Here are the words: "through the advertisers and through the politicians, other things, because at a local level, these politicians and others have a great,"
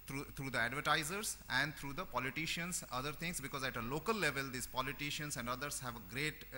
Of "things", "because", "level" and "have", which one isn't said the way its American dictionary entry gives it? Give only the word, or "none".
things